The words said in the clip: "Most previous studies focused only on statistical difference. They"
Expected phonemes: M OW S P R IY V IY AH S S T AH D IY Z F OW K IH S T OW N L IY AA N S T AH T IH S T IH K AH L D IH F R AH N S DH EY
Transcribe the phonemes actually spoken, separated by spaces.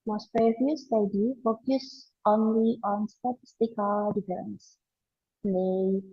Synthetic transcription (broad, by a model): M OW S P R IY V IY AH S S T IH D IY F OW K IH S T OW N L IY AA N S T AH T IH S T IH K AH L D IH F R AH N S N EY